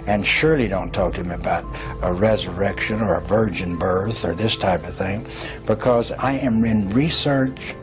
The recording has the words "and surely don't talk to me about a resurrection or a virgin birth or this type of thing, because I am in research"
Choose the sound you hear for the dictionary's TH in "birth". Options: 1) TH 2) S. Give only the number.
1